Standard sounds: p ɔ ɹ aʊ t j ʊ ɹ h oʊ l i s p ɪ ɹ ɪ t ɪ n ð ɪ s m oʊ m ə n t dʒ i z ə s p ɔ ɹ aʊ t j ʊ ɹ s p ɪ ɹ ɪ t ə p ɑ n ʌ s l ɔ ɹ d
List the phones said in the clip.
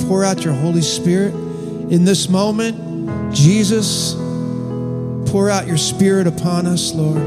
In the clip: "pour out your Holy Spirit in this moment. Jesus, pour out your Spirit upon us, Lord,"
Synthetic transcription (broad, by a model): p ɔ ɹ aʊ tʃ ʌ ɹ h oʊ l i s p ɪ ɹ ɪ t ɪ n ð ɪ s m oʊ m ə n t dʒ i z ə s p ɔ ɹ aʊ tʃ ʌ ɹ s p ɪ ɹ ɪ t ə p ɑ n ʌ s l ɔ ɹ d